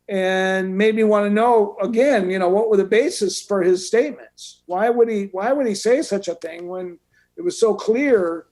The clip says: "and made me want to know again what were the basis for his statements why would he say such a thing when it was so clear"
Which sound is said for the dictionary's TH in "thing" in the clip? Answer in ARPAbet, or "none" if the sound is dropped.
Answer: TH